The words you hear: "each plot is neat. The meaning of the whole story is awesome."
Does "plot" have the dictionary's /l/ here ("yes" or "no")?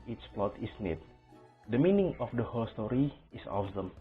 yes